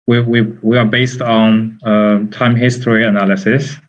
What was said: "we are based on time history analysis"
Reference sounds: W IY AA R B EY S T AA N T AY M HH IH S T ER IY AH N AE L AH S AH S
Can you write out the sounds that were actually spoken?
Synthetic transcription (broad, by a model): W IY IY W B EY S T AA N T AY M HH IH S T ER IY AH N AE L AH S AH S